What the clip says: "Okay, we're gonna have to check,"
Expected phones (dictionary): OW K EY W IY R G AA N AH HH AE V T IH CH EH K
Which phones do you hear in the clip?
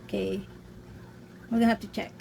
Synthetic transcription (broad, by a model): K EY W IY L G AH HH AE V T IH CH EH K